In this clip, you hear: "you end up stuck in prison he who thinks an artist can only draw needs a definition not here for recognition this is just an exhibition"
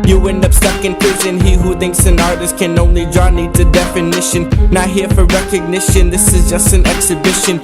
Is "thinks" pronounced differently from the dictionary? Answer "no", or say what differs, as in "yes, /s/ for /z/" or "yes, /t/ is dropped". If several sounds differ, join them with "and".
no